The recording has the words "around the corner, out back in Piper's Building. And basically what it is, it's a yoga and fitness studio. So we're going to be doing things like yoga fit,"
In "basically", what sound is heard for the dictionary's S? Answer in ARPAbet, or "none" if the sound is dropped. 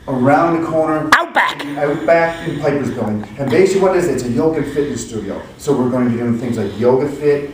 none